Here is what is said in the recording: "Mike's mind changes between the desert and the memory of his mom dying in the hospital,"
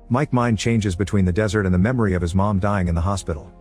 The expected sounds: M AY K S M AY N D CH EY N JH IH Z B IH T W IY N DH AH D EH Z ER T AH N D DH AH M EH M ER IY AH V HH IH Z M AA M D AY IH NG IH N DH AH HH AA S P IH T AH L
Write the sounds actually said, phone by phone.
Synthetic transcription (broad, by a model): M AY K M AY N CH EY N JH IH Z B IH T W IY N DH AH D EH Z ER T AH N DH AH M EH M ER IY AH V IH Z M AA M D AY IH NG IH N DH AH HH AA S P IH T L